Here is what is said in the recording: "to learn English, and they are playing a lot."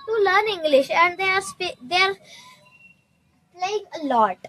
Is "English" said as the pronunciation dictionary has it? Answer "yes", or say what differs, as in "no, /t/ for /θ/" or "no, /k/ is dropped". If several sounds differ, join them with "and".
yes